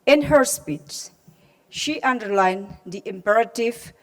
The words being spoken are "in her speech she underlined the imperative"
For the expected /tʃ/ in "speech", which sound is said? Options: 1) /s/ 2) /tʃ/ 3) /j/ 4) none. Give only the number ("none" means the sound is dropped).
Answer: 1